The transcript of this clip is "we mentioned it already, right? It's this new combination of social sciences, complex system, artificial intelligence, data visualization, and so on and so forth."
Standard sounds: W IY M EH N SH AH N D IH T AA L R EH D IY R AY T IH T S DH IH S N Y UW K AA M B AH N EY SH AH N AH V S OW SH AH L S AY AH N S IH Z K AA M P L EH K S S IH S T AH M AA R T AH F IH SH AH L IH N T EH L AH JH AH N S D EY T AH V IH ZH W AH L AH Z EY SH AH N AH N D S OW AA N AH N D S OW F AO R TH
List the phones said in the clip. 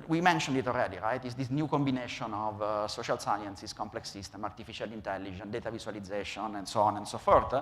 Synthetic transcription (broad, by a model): W IY M EH N SH AH N D IH T AA L R EH D IY R AY T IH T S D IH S N Y UW K AA M B AH N EY SH AH N AH V S OW SH AH L S AY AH N S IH S K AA M P L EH K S S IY S T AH M AA R T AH F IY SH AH L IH N T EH L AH JH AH N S D EY T AH V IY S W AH L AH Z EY SH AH N AH N D S OW AA N AH N D S OW F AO R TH